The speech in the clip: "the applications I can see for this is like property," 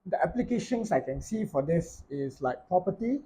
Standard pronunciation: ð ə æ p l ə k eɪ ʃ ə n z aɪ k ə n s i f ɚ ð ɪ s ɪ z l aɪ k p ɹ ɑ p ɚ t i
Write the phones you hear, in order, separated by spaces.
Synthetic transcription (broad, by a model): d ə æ p l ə k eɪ ʃ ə n s aɪ k ə n s i f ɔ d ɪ s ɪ s l aɪ k p ɹ ɑ p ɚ t i